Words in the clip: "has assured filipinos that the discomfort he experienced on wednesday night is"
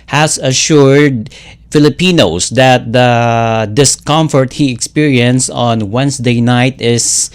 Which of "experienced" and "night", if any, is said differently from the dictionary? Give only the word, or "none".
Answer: experienced